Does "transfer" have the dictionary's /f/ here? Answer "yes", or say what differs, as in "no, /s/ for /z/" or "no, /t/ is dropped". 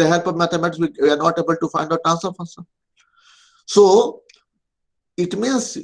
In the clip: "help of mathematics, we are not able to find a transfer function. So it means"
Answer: no, /f/ is dropped